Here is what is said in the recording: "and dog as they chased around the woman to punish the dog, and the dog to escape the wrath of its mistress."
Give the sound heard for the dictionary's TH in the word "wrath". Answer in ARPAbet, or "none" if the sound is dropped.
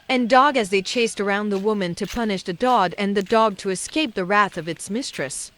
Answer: TH